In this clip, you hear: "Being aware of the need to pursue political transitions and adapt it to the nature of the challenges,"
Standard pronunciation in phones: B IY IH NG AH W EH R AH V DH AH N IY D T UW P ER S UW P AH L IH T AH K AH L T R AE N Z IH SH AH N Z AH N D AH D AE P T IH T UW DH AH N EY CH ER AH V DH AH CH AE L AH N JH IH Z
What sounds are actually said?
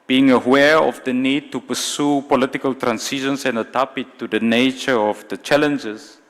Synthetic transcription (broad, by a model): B IY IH NG AH W EH R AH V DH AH N IY D T UW P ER S UW P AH L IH T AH K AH L T R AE N S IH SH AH N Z AH N D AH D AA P IH T UW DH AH N EY CH ER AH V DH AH CH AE L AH N JH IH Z